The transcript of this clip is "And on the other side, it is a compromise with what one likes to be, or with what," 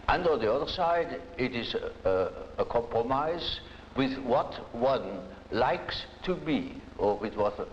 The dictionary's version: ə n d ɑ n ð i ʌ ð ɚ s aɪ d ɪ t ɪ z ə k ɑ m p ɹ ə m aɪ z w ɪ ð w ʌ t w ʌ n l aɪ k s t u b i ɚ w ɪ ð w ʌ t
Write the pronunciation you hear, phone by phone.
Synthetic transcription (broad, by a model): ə n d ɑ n ð i ʌ ð ɚ s aɪ d ɪ t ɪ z ə k ɑ m p ɹ ə m aɪ z w ɪ ð w ʌ t w ʌ n l aɪ k s t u b i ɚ w ɪ ð w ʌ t